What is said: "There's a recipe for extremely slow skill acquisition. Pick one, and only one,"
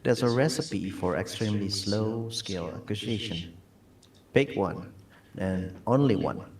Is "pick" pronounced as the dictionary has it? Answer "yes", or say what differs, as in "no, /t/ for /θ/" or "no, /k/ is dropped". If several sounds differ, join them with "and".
no, /b/ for /p/